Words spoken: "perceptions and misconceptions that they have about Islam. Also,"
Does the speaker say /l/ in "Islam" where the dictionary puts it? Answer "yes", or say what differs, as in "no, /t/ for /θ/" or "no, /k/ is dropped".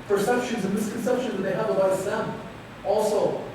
no, /l/ is dropped